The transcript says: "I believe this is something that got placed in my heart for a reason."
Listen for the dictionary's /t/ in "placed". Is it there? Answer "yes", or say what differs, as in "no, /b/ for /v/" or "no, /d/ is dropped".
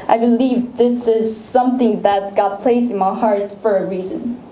no, /t/ is dropped